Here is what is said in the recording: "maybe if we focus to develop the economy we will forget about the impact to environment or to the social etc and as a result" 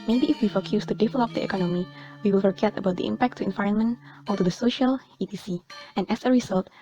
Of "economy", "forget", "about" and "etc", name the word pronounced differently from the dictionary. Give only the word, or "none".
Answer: etc